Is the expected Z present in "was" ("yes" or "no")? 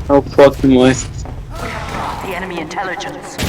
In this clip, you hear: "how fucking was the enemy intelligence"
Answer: no